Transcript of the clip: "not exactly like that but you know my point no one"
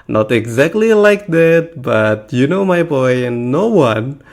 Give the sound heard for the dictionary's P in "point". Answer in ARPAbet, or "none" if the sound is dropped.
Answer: B